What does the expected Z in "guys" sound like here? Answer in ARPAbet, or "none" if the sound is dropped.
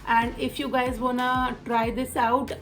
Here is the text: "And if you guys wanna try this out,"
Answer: Z